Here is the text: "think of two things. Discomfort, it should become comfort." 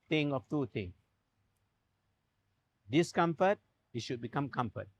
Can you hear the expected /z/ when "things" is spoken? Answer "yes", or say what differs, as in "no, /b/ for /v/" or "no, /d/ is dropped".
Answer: no, /z/ is dropped